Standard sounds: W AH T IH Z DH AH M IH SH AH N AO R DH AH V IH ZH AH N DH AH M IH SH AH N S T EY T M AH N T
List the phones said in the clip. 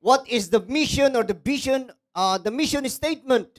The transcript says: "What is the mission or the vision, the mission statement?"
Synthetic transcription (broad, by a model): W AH T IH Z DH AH M IH SH AH N AO R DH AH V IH SH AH N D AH M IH SH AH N S T EY T M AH N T